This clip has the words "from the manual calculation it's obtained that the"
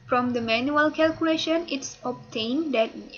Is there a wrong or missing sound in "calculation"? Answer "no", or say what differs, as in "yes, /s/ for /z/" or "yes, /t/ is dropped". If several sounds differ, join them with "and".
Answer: no